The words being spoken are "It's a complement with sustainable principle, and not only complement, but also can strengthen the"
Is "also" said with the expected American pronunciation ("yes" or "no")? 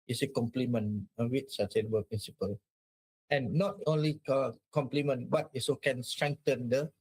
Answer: no